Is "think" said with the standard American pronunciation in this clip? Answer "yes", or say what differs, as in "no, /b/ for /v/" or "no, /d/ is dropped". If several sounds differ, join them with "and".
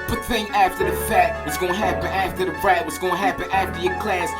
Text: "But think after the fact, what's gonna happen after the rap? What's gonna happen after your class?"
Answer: no, /k/ is dropped